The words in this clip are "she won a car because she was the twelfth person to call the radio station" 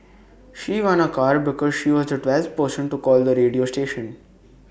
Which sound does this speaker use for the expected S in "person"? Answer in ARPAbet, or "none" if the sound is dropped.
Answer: SH